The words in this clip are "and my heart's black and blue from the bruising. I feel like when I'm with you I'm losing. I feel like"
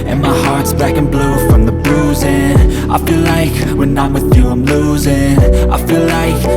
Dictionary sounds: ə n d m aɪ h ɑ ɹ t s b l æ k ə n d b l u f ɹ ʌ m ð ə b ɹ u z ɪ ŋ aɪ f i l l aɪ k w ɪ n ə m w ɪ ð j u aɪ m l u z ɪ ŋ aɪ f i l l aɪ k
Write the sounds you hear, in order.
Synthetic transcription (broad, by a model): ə n m aɪ h ɑ ɹ t s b æ k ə n b l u f ɹ ʌ m ð ə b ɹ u z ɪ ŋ aɪ f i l l aɪ k w ɪ n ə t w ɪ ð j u aɪ m l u z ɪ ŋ aɪ f i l l aɪ k